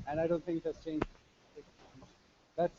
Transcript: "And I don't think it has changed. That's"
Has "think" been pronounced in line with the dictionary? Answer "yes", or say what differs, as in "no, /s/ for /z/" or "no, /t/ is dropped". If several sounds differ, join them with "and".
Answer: no, /t/ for /θ/